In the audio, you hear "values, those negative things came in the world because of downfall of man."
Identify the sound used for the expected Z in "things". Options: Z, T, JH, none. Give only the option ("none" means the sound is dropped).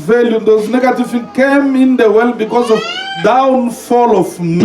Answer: none